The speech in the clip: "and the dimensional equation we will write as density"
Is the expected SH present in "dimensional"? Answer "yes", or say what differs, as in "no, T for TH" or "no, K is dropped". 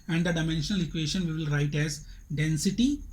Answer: yes